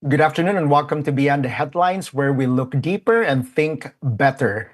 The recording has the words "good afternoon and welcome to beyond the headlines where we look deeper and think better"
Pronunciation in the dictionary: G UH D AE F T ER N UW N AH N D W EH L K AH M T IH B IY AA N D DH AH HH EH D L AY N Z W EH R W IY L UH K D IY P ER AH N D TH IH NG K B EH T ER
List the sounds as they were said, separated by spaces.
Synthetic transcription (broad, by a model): G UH D AE F T ER N UW N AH N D W EH L K AH M T IH B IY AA N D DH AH HH EH D L AY N S W EH R W IY L UH K D IY P ER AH N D TH IH NG K B EH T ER